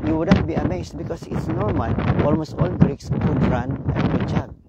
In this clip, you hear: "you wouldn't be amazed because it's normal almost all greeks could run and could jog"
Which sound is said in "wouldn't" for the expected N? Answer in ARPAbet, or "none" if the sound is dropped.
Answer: none